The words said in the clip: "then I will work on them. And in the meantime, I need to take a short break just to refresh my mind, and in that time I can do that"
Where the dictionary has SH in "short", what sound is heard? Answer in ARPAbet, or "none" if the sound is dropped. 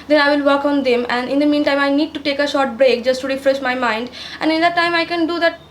SH